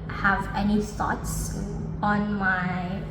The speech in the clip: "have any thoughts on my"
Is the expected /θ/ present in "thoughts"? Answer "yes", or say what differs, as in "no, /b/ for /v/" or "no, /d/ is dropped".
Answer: no, /s/ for /θ/